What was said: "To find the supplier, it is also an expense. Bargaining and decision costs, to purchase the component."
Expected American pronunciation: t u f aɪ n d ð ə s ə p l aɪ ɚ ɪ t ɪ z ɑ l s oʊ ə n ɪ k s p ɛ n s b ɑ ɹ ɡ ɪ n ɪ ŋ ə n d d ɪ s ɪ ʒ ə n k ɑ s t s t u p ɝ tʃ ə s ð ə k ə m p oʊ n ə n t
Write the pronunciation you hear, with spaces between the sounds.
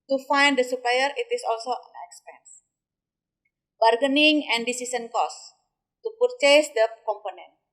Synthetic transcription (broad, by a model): t u f aɪ n d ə s ə p l aɪ ɚ ɪ t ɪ s ɑ l s oʊ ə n ɪ k s p ɛ n s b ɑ ɹ ɡ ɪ n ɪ ŋ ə n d d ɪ s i s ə n k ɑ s s t u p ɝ tʃ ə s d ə k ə m p oʊ n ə n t